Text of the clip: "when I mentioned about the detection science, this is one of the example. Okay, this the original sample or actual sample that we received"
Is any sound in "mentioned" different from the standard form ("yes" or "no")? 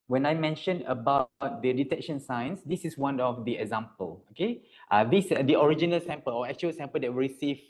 yes